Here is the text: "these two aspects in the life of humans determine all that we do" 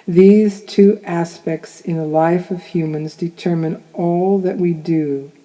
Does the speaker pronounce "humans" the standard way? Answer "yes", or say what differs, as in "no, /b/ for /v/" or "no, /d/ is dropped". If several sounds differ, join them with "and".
yes